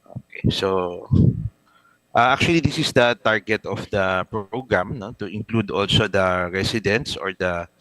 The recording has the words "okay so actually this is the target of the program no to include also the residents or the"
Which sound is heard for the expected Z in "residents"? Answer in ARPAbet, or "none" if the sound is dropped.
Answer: S